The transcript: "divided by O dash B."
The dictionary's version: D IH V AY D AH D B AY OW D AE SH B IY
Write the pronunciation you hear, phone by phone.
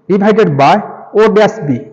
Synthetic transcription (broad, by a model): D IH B AY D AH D B AY OW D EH S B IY